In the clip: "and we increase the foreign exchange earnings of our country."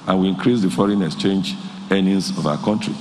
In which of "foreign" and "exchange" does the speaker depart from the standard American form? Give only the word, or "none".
none